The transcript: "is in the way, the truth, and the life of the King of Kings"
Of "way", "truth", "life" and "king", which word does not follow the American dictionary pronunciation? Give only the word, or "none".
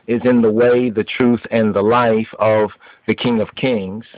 none